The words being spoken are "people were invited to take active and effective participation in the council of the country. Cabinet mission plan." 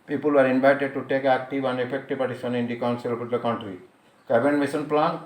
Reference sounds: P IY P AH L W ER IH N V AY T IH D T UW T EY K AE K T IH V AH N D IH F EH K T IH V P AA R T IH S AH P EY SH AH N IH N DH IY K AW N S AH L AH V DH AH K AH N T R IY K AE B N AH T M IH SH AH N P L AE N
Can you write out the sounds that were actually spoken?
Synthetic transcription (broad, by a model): P IY P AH L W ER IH N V AY T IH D T UW T EY K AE K T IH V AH N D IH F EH K T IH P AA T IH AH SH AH N IH N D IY K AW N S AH L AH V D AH K AH N T R IY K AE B AH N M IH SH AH N P L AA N